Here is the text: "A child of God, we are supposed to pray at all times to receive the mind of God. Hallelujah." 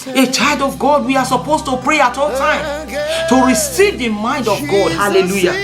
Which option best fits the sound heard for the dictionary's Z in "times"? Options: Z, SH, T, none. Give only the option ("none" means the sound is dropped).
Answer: none